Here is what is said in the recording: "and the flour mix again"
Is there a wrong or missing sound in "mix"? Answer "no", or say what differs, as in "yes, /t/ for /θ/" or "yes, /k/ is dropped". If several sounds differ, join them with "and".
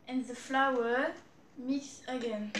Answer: yes, /k/ is dropped